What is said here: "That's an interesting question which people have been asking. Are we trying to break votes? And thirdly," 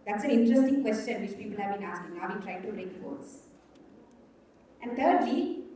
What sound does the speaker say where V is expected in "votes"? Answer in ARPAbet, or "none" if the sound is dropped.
F